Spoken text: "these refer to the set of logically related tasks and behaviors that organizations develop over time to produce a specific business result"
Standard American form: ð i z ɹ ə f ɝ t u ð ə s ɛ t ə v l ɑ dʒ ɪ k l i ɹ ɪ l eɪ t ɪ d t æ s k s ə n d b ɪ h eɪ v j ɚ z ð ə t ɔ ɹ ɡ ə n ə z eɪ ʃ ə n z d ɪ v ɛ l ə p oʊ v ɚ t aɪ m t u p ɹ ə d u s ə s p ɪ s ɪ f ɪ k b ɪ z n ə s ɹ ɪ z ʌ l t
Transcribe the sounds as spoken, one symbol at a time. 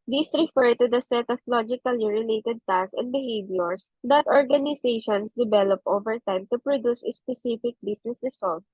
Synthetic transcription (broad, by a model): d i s ɹ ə f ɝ t u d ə s ɛ t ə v l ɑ dʒ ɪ k l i ɹ ɪ l eɪ t ɪ d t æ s s ə n d b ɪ h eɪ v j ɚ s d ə t ɔ ɹ ɡ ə n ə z eɪ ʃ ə n s d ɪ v ɛ l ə p oʊ v ɚ t aɪ m t u p ɹ ə d u s ə s p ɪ s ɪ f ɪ k b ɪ s n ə s ɹ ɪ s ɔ l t